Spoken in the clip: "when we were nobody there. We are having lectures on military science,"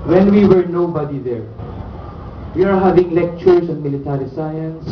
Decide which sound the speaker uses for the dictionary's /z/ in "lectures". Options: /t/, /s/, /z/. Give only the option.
/s/